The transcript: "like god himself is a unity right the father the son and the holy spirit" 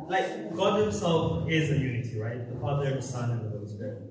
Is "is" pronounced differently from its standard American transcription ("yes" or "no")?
no